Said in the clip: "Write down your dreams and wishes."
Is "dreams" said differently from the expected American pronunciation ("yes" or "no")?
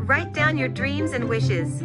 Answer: no